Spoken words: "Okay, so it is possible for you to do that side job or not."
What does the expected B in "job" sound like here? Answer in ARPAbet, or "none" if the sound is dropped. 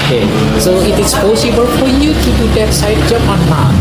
none